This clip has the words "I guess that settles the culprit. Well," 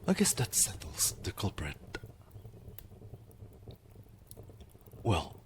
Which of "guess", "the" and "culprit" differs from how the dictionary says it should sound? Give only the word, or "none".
none